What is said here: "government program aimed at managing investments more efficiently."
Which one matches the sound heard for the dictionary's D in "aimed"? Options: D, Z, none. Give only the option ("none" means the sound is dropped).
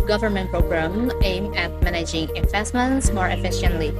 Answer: none